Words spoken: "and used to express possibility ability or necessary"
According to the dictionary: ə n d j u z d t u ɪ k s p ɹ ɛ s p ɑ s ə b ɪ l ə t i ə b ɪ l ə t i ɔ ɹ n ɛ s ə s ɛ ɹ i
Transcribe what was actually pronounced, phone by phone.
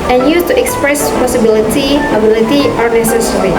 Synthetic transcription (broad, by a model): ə n j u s t u ɪ k s p ɹ ɛ s p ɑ s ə b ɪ l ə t i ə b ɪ l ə t i ɔ ɹ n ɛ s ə s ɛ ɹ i